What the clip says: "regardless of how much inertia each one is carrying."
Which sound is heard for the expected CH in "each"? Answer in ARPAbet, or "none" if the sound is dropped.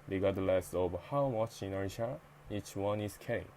CH